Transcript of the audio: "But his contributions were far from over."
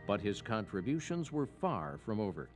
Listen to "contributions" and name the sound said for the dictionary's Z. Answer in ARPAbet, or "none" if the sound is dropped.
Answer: Z